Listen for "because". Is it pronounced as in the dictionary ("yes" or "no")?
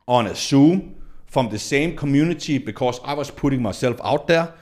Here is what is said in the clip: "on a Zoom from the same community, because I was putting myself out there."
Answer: no